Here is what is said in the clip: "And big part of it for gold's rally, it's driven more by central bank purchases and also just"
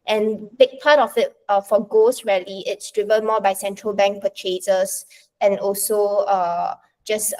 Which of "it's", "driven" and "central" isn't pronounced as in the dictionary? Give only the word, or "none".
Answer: driven